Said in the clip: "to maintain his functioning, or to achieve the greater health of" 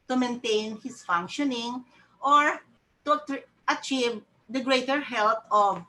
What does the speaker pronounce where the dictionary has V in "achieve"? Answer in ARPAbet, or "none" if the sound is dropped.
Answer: V